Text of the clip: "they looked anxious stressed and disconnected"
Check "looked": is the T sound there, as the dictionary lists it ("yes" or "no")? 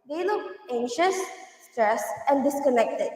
no